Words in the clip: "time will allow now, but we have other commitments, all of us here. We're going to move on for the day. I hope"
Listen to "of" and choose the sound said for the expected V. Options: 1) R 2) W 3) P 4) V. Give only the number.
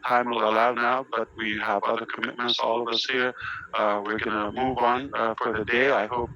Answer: 4